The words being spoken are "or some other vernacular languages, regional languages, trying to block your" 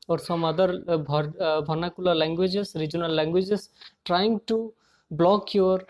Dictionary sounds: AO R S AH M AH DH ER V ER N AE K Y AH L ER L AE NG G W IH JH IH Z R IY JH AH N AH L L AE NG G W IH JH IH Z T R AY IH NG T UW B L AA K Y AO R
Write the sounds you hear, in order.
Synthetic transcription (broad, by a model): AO R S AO M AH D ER B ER N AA K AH L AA L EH NG G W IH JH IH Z R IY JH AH N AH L L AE NG G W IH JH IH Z T R AY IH NG T UW B L AA K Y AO R